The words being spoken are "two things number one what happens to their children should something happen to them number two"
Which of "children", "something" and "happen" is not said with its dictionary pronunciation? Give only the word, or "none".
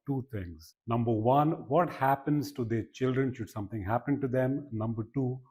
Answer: something